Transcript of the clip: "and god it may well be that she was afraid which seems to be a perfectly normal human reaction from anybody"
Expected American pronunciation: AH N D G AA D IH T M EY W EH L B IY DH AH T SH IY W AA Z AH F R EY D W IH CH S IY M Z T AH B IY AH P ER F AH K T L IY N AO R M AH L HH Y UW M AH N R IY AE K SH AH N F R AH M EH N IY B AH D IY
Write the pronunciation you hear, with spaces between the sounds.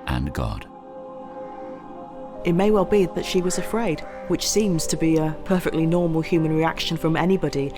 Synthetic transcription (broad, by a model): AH N G AA D IH T M EY W EH L B IY DH AH T SH IY W AA Z AH F R EY D W IH CH S IY M Z T AH B IY AH P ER F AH K T L IY N AO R M AH L HH Y UW M AH N R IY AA K SH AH N F R AH M EH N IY B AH D IY